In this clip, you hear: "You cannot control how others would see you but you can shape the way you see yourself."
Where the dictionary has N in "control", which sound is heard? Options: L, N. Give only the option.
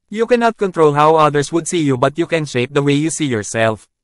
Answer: N